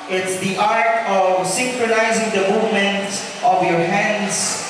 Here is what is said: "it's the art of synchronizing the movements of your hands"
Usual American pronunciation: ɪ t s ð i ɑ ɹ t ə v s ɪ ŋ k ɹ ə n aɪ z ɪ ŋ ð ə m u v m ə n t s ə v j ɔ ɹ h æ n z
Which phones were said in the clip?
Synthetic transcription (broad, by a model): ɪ t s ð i ɑ ɹ t ə v s ɪ ŋ k ɹ ə n aɪ z ɪ ŋ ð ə m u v m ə n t ə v j ɔ ɹ h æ n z